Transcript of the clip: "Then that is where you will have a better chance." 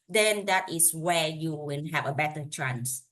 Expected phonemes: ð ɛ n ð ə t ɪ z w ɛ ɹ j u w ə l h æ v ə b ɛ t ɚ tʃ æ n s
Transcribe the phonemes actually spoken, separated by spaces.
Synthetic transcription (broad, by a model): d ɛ n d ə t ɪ s w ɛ j u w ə n h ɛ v ə b ɛ t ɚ tʃ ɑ n s